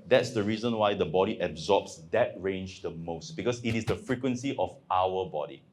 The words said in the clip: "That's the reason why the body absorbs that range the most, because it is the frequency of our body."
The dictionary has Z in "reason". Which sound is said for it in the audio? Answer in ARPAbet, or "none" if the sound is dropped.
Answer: Z